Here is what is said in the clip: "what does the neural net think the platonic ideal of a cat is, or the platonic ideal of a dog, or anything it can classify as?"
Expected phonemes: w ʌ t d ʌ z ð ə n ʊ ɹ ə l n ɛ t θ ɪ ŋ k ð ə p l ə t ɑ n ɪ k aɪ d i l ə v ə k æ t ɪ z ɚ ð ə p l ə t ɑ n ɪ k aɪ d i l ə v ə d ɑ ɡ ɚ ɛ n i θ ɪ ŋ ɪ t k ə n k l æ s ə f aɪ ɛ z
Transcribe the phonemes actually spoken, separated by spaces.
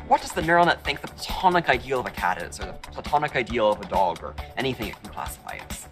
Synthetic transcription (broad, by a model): w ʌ t d ʌ z ð ə n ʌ ɹ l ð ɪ t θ ɪ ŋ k ð ə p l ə t ɑ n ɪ k aɪ d i l ə v ə k æ t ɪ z ɚ ð ə p l ə t ɑ n ɪ k aɪ d i l ə v ə d ɑ ɡ ɚ ɛ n i θ ɪ ŋ ɪ t k n k l æ s ə f aɪ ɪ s